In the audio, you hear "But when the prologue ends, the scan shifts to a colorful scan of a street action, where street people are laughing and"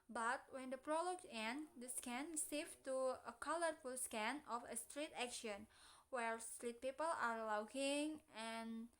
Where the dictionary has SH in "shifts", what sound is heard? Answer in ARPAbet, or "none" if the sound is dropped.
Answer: S